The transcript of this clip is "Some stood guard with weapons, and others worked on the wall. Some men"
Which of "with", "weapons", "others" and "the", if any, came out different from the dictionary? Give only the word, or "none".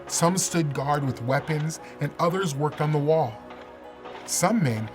none